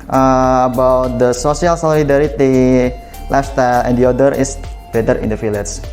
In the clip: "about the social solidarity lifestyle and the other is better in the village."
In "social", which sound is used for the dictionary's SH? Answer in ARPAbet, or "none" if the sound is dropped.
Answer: S